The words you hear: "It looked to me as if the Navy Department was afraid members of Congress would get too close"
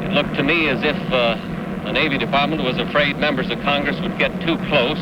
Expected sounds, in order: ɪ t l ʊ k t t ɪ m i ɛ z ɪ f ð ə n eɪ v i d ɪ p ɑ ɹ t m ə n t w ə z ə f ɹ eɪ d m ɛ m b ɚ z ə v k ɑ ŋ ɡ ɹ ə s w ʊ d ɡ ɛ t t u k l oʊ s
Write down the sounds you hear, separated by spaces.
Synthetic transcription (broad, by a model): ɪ t l ʊ k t t ɪ m i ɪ z ɪ f ð ə n eɪ v i d ɪ p ɑ ɹ t m ə n t w ə z ə f ɹ eɪ d m ɛ m b ɚ z ə v k ɑ ŋ ɡ ɹ ə s w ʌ d ɡ ɛ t t u k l oʊ s